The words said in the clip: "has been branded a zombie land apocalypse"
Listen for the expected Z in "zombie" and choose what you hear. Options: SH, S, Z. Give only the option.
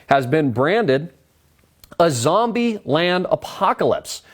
Z